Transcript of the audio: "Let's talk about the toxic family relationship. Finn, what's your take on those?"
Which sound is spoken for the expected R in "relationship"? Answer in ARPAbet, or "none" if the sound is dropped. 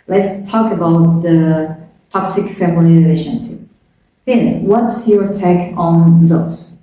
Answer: L